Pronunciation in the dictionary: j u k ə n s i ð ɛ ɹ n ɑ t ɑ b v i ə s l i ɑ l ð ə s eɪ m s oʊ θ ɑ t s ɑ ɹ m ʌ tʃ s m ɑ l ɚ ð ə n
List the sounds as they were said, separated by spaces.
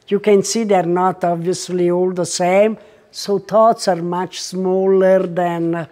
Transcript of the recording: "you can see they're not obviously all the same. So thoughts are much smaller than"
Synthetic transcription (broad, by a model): j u k ə n s i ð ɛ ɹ n ɑ t ɑ b v i ə s l i ɑ l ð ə s eɪ m s oʊ t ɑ t s ɑ ɹ m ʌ tʃ s m ɑ l ɚ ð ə n